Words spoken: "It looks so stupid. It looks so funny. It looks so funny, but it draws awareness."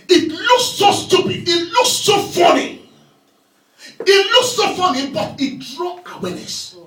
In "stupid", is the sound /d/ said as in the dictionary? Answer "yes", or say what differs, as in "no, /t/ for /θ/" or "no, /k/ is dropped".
no, /d/ is dropped